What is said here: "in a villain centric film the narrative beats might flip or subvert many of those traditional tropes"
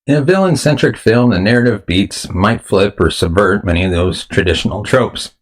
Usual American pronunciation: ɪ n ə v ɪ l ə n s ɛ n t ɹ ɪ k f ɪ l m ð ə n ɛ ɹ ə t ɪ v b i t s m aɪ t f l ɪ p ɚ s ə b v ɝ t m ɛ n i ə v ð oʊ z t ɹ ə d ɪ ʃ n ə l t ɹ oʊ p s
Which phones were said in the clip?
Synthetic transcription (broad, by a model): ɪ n ə v ɪ l ə n s ɛ n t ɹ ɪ k f ɪ l m ð ə n ɛ ɹ ə t ɪ v b i t s m aɪ t f l ɪ p ɚ s ə b v ɝ t m ɛ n i ə v ð oʊ z t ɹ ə d ɪ ʃ n l t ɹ oʊ p s